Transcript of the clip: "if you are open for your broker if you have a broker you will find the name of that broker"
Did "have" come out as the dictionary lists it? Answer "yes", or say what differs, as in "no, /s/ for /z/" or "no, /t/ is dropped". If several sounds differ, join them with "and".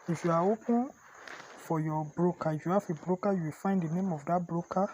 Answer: no, /f/ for /v/